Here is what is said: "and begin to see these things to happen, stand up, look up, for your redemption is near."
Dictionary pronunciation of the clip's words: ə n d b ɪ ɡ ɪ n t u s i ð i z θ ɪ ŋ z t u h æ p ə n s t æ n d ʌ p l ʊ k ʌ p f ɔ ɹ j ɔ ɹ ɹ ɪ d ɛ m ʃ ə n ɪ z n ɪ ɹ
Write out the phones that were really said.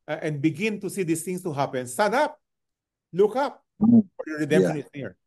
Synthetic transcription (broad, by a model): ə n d b ɪ ɡ ɪ n t u s i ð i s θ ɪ ŋ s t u h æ p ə n s t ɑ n ʌ p l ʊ k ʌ p f ɔ ɹ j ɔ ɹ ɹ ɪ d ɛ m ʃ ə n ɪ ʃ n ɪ ɹ